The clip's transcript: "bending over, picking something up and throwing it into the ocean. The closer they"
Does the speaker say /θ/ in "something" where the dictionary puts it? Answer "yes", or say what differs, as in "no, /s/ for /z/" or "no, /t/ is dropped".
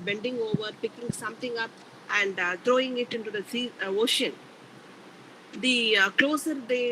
no, /t/ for /θ/